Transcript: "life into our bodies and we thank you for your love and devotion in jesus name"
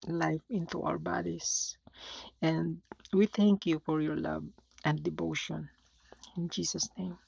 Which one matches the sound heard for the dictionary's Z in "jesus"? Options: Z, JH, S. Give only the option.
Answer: S